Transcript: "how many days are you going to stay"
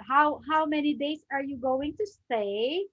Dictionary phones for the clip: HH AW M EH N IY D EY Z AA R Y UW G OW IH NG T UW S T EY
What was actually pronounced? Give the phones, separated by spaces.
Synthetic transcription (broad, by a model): HH AW M EH N IY D EY S AA R Y UW G OW IH NG T UW S T EY